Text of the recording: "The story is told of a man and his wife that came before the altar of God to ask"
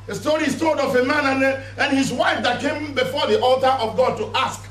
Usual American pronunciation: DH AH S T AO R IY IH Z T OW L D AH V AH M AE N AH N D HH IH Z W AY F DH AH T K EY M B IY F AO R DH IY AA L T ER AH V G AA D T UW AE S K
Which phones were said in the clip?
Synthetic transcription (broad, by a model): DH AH S T AO R IY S T OW D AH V AH M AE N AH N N HH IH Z W AY F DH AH T K EY M B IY F AO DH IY AA L T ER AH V G AA D T UW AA S K